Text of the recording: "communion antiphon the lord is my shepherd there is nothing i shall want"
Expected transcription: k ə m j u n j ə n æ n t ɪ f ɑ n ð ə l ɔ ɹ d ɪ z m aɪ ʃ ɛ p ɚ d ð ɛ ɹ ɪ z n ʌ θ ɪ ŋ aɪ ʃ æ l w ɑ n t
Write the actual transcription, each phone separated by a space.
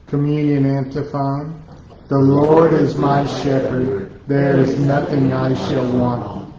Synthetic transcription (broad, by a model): k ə m j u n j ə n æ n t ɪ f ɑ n ð ə l ɔ ɹ d ɪ z m aɪ ʃ ɛ p ɚ d ð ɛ ɹ ɪ z n ʌ θ ɪ ŋ aɪ ʃ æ l w ɑ n t